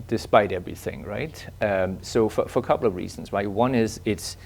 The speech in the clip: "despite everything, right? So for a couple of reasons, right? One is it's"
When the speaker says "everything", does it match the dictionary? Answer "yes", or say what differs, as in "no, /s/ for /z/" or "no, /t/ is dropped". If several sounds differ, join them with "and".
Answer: yes